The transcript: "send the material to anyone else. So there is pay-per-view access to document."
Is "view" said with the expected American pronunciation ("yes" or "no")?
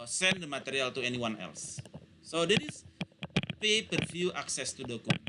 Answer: no